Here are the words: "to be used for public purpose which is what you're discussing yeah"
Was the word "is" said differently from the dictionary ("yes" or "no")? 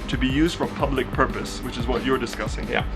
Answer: no